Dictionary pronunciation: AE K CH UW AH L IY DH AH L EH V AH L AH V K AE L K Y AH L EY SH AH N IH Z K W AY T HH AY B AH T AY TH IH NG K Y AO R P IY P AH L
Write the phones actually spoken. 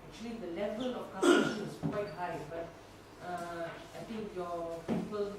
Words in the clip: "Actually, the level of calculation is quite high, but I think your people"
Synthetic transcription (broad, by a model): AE K CH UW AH L IY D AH L EH V AH L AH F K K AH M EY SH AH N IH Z K W AY T HH AY B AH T AY T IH NG K Y AO P IY P AH L